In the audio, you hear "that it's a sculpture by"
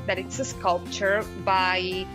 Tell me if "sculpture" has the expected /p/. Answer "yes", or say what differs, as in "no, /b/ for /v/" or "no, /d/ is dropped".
yes